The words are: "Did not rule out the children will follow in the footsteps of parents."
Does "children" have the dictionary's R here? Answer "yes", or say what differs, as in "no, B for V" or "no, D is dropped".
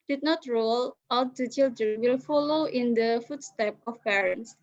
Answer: no, R is dropped